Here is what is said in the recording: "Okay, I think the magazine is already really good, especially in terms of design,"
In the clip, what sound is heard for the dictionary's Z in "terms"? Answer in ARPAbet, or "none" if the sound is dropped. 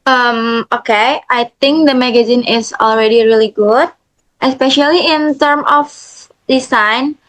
none